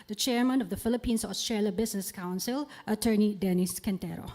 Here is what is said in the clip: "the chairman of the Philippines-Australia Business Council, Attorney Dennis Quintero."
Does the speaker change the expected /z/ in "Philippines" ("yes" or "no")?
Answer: yes